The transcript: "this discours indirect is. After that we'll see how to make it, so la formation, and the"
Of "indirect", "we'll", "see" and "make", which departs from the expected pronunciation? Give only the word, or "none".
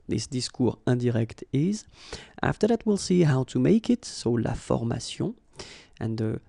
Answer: indirect